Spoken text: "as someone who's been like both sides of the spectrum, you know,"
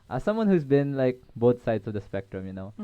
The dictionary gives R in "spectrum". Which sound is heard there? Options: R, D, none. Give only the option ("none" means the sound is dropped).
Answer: R